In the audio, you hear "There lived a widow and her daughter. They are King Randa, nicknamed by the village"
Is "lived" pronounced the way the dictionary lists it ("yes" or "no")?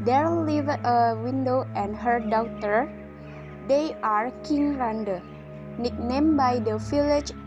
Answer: no